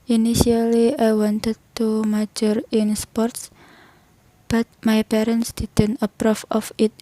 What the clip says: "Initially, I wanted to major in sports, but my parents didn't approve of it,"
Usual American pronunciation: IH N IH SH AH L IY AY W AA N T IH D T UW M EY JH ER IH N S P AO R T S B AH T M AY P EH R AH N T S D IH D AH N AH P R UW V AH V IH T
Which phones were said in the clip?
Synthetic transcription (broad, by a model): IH N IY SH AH L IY AY W AA N T IH D T UW M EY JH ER IH N S P AO R T S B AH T M AY P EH R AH N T S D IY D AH N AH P R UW F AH F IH T